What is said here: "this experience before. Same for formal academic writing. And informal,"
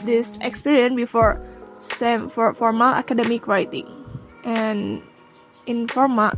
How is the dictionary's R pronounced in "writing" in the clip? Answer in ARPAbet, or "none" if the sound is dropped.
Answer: L